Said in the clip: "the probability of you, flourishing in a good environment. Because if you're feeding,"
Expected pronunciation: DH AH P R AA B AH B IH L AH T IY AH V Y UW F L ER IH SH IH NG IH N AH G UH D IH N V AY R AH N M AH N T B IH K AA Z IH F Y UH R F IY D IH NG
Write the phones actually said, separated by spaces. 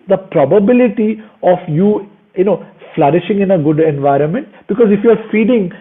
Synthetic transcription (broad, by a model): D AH P R AA B AH B IH L AH T IY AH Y Y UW F L ER IH SH IH NG IH N AH G UH D IH N V AY R AH N M AH N T B IH K AA Z IH F Y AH R F IY D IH NG